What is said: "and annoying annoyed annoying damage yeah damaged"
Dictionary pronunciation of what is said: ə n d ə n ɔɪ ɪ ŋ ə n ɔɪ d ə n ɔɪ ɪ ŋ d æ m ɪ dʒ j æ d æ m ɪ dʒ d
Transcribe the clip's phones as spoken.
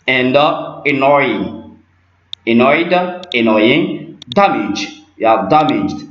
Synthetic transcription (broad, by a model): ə n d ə n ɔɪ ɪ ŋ ə n ɔɪ d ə n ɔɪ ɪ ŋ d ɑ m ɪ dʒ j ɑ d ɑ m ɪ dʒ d